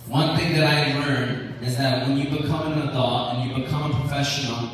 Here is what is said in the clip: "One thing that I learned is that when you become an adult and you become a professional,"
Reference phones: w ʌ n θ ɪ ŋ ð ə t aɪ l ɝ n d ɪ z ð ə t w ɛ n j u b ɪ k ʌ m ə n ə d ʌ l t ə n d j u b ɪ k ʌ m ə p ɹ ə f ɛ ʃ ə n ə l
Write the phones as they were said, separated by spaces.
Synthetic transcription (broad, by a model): w ʌ n θ ɪ ŋ ð ə t aɪ l ɝ n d ɪ z ð ə t w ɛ n j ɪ b ɪ k ʌ m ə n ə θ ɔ t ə n j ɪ b ɪ k ʌ m ə p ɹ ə f ɛ ʃ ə n l